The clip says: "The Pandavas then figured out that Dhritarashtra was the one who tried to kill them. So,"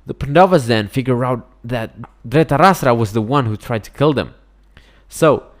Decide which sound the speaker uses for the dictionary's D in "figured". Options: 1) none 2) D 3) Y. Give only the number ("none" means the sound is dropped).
1